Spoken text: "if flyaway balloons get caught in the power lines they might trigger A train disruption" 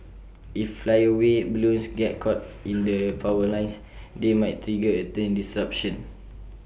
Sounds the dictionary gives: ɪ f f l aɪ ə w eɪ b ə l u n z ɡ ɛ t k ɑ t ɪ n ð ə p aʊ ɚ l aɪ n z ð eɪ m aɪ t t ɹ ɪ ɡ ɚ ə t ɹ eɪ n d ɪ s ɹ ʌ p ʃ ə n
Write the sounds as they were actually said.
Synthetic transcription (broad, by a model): ɪ f f l aɪ ə w eɪ b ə l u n s ɡ ɛ t k ɑ t ɪ n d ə p aʊ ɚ l aɪ n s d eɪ m aɪ t t ɹ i ɡ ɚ ə t eɪ n d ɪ s ɹ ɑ p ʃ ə n